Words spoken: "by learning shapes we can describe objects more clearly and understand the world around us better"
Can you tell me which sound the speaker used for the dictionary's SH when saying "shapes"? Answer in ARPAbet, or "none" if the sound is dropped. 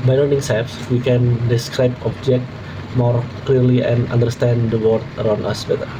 S